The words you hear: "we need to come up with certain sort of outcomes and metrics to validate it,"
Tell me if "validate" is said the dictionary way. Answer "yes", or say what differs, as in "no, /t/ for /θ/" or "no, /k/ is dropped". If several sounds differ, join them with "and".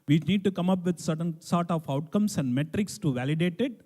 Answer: yes